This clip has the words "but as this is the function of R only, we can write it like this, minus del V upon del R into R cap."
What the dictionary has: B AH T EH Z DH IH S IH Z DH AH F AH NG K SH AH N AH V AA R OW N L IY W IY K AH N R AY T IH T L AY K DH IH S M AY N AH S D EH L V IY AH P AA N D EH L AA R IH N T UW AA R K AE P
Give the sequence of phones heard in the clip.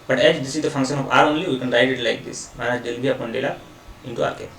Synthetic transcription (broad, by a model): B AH T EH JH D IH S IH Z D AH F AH NG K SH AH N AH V AA R OW N L IY W IY K AH N R AY T IH T L AY K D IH S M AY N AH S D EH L B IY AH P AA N D EH L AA IH N T UW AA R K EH